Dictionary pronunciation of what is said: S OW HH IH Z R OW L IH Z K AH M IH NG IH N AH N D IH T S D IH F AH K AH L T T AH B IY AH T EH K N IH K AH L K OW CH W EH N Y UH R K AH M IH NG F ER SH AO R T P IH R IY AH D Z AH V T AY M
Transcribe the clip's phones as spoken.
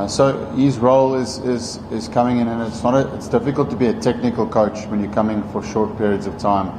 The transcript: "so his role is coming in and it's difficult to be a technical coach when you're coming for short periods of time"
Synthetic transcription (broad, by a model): S OW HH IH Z R OW L IH Z K AH M IH NG IH N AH N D IH T S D IH F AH K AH L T T AH B IY AH T EH K N IH K AH L K OW CH W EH N Y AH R K AH M IH NG F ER SH AO R T P IH R IY AH D Z AH V T AY M